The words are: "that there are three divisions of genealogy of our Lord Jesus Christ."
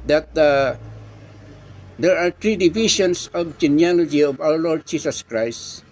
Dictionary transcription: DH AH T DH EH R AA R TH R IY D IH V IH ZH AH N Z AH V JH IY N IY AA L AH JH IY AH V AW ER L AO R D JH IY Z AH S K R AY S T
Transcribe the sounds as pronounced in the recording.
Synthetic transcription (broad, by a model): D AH T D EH R AA R T R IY D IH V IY SH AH N S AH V JH IY N IY AA L AH JH IY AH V AW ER L AO R D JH IY S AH S K R AY S T